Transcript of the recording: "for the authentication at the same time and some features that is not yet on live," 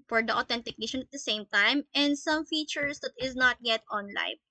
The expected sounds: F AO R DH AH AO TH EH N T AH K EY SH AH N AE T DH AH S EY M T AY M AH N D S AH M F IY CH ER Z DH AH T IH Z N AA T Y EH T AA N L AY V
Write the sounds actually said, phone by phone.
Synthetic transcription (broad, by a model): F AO R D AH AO T EH N T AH K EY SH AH N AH T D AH S EY M T AY M AH N D S AH M F IY CH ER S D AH T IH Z N AA T Y EH T AA N L AY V